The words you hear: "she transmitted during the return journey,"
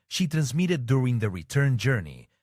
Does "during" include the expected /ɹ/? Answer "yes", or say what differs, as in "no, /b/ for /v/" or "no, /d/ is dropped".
yes